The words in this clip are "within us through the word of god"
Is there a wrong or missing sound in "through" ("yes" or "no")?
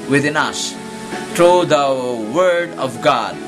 yes